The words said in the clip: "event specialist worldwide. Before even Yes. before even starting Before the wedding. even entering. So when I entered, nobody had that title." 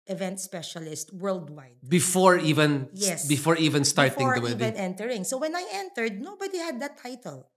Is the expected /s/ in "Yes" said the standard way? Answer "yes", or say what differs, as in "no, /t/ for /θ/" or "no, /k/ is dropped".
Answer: yes